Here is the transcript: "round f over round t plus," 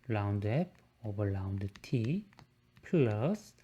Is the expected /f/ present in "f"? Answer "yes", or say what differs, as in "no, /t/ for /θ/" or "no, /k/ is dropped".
no, /p/ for /f/